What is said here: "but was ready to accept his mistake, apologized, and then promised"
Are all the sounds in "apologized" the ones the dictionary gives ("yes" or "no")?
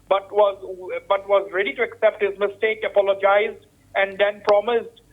yes